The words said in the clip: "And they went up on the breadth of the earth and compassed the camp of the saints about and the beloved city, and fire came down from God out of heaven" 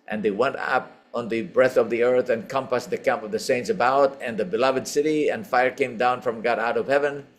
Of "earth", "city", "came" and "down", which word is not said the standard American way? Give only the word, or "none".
none